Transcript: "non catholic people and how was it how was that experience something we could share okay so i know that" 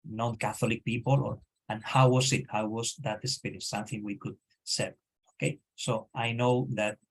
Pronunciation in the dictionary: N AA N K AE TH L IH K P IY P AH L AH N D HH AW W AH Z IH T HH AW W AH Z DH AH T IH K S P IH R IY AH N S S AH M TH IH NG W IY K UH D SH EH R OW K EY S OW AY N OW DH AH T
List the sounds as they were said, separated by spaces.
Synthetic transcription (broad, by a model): N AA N K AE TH L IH K P IY P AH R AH N HH AW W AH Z IH T HH AW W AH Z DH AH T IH S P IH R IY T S S AH M TH IH NG W IY K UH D S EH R OW K EY S OW AY N OW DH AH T